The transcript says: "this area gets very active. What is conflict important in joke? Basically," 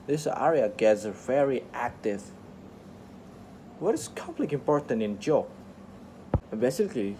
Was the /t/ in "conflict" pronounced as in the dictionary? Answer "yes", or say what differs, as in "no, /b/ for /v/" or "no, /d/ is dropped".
no, /t/ is dropped